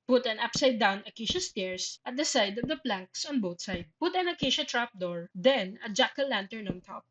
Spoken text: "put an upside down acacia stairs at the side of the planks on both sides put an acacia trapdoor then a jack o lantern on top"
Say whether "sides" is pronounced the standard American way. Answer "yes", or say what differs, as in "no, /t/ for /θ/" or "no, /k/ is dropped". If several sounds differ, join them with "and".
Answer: no, /z/ is dropped